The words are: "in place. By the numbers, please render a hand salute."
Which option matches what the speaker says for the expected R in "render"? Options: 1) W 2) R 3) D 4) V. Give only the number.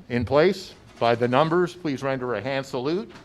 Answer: 2